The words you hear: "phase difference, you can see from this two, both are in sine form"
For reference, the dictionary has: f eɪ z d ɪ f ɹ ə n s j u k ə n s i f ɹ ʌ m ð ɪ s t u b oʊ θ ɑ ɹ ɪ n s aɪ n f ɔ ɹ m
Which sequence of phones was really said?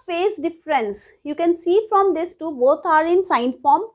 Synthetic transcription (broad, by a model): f eɪ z d ɪ f ɹ ə n s j u k ə n s i f ɹ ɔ m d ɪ s t u b oʊ t ɑ ɹ ɪ n s aɪ n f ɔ ɹ m